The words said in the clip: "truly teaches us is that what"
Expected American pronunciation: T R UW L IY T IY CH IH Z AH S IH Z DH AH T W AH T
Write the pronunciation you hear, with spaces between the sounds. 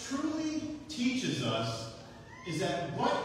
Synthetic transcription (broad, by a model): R UW L IY T IY CH IH Z AH S IH Z DH AH T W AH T